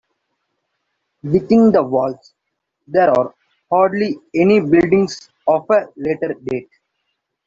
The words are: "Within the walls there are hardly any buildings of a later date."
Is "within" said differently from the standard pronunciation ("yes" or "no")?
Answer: yes